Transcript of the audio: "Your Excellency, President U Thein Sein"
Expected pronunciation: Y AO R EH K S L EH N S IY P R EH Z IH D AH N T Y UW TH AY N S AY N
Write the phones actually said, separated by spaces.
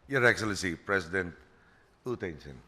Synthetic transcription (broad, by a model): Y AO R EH K S L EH N S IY P R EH S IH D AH N T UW T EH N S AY N